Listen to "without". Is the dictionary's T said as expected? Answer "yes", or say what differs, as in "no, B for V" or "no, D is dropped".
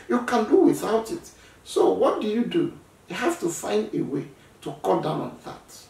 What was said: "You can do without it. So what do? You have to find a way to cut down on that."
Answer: yes